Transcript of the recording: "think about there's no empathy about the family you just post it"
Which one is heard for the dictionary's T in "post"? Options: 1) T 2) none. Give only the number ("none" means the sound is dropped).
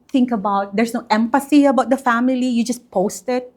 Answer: 1